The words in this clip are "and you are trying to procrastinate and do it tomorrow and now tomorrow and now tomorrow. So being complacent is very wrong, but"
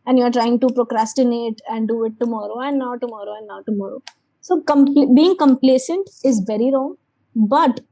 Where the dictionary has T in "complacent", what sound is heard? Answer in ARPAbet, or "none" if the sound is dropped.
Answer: T